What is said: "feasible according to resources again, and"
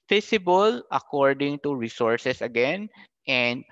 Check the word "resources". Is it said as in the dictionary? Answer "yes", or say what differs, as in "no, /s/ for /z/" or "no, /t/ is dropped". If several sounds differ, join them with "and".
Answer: no, /s/ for /z/